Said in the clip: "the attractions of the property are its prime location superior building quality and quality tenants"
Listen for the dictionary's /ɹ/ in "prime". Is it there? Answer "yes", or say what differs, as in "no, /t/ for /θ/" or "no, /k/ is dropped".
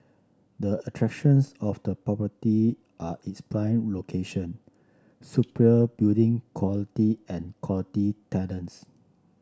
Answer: no, /l/ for /ɹ/